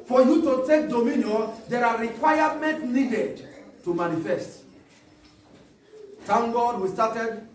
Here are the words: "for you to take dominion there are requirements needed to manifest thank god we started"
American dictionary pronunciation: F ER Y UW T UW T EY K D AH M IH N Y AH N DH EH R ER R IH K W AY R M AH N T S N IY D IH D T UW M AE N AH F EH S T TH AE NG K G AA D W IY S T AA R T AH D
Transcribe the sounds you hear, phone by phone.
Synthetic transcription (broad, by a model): F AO Y UW T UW T EY K D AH M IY N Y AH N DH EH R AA R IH K W AY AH M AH N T N IY D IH D T UW M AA N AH F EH S T T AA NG G AA D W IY S T AA T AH D